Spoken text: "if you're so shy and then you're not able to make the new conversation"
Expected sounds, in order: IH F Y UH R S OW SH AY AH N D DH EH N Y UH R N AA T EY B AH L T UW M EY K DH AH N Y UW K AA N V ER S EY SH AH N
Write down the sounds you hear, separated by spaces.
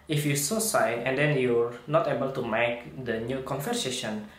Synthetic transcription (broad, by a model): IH F Y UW S OW S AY AH N D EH N Y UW R N AA T EY B AH L T UW M EY K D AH N Y UW K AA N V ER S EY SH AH N